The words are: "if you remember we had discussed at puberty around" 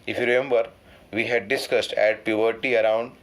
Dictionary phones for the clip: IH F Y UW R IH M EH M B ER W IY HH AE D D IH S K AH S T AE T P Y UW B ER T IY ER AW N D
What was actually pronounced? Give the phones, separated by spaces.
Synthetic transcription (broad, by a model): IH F Y UW R IH M EH M B ER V IY HH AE D D IH S K AH S T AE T P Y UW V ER T IY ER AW N D